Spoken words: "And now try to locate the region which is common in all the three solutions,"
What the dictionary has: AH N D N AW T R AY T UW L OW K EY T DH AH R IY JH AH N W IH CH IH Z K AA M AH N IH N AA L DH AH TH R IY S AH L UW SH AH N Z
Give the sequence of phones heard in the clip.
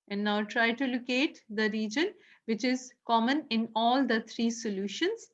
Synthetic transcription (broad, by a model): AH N D N AW T R AY T UW L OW K EY T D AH R IY JH AH N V IH CH IH Z K AA M AH N IH N AA L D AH T R IY S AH L UW SH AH N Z